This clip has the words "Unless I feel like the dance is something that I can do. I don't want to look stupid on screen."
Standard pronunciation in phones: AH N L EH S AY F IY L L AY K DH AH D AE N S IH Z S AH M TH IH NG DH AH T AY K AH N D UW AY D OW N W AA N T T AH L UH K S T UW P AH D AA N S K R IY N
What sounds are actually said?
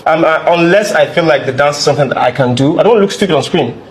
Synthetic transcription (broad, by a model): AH N L EH S AY F IY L L AY K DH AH D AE N S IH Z S AH M TH IH NG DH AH T AY K AH N D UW AY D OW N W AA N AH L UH K S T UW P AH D AA N S K R IY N